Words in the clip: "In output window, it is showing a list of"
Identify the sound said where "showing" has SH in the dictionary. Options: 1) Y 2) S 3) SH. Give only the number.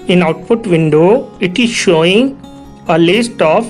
3